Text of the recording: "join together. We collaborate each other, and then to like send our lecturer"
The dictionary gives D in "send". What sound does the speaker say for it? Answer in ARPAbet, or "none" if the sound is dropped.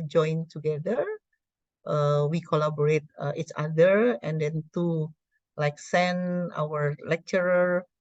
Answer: none